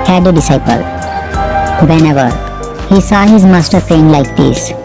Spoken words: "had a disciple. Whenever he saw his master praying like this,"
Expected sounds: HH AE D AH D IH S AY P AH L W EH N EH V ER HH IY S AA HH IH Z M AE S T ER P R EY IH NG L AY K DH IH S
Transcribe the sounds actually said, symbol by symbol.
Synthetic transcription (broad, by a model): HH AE D AH D IH S AY P AH L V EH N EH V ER HH IY S AA HH IH Z M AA S T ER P EY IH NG L AY K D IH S